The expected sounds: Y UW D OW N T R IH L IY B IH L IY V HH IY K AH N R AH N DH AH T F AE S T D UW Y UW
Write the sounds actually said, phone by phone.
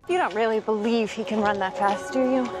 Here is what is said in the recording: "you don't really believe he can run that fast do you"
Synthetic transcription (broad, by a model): Y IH D OW N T R IH L IY B IH L IY V HH IY K AH N R AH N DH AH T F AE S T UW Y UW